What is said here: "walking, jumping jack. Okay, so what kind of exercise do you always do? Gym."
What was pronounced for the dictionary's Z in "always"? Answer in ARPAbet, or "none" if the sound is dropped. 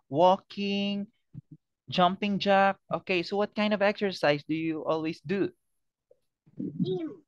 S